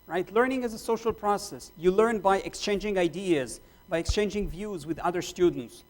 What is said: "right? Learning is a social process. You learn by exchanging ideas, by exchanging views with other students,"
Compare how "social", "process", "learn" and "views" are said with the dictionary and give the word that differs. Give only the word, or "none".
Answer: none